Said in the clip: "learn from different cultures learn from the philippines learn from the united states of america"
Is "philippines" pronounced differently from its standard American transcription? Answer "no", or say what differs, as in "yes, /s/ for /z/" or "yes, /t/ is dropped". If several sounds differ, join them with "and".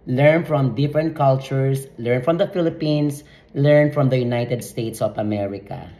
yes, /s/ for /z/